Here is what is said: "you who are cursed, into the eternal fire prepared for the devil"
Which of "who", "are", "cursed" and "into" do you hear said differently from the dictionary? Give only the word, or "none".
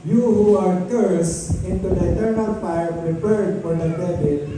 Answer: cursed